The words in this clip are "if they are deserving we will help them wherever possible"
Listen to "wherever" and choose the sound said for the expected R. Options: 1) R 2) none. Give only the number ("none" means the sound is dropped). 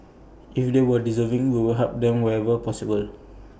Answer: 2